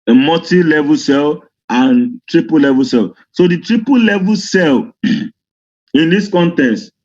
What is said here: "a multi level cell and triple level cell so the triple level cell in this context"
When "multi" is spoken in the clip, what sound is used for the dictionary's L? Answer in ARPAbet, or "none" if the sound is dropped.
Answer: none